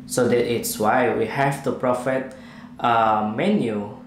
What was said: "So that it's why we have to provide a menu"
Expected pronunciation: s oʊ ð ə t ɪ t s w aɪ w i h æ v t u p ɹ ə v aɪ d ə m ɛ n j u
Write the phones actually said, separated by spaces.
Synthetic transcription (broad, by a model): s oʊ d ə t ɪ t s w aɪ w i h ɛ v t u p ɹ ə f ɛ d ə m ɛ n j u